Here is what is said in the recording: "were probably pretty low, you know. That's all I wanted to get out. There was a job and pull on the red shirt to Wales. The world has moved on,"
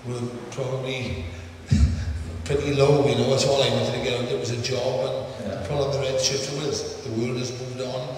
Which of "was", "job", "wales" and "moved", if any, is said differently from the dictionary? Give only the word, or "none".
wales